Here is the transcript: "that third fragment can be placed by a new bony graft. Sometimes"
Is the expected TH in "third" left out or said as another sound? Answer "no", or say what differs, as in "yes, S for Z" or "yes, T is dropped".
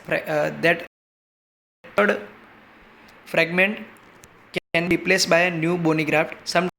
yes, T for TH